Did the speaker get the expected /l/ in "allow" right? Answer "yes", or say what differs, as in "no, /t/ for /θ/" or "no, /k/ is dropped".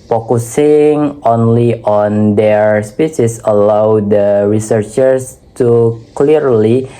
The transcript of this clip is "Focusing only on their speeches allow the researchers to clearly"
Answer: yes